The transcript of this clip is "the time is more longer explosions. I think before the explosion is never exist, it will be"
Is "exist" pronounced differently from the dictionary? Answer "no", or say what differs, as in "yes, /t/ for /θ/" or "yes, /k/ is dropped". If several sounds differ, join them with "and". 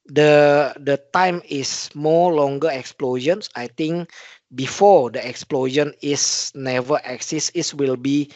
yes, /t/ is dropped